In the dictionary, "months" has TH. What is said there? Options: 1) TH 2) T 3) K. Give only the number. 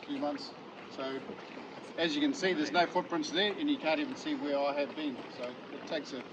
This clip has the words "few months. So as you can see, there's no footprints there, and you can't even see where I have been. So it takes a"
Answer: 1